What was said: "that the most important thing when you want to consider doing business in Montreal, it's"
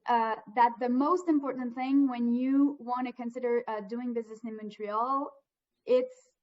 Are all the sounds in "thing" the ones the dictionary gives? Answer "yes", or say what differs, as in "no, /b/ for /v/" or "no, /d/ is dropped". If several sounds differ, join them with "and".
yes